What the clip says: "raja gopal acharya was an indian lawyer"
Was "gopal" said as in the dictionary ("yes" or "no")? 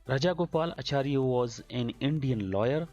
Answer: yes